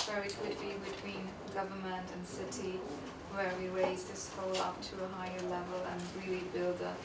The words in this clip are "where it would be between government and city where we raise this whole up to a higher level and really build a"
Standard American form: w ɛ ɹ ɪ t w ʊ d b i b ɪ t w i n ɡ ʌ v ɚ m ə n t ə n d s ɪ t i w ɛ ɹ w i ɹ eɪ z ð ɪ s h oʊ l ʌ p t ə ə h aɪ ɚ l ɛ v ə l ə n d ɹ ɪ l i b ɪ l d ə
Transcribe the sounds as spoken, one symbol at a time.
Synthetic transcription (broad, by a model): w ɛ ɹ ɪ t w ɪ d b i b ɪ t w i n ɡ ʌ v ɚ m ə n t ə n s ɪ t i w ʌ ɹ w i ɹ eɪ z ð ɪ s h oʊ l ʌ p t ə ə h aɪ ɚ l ɛ v ə l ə n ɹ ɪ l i b ɪ l d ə